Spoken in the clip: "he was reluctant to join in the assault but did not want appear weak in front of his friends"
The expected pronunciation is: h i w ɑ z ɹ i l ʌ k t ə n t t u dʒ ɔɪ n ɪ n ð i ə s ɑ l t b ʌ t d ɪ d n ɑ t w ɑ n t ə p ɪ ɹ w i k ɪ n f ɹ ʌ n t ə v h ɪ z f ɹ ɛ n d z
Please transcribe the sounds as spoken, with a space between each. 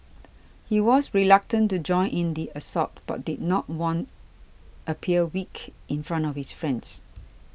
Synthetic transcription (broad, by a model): h i w ɑ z ɹ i l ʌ k t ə n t t u dʒ ɔɪ n ɪ n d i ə s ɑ t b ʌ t d ɪ d n ɑ t w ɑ n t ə p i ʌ w i k ɪ n f ɹ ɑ n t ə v h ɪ s f ɹ ɛ n d s